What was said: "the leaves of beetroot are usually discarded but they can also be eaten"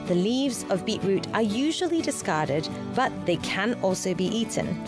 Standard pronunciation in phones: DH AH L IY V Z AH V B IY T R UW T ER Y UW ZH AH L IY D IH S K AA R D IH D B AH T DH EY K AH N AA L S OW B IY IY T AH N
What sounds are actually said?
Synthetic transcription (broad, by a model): DH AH L IY V Z AH V B IY T R UW T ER Y UW ZH AH L IY D IH S K AA R D IH D B AH T DH EY K AH N AA L S OW B IY IY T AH N